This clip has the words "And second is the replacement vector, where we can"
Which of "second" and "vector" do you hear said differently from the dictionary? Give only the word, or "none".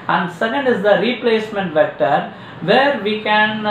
none